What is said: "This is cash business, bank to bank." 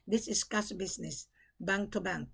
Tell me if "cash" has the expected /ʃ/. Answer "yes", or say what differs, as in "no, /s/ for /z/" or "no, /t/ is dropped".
no, /s/ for /ʃ/